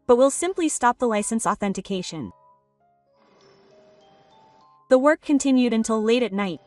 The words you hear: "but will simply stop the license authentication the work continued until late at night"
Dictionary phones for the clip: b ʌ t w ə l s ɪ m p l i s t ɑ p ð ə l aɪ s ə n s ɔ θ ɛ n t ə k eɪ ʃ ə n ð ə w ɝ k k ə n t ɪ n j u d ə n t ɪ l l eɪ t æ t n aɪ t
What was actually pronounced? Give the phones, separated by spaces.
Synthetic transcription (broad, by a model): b ʌ t w ə l s ɪ m p l i s t ɑ p ð ə l aɪ s ə n s ɔ θ ɛ n t ə k eɪ ʃ ə n ð ə w ɝ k k ə n t ɪ n j u d ə n t ɪ l l eɪ t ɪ t n aɪ t